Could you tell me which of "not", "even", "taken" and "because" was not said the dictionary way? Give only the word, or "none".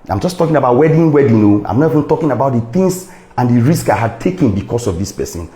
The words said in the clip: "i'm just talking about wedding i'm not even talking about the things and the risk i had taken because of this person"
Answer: because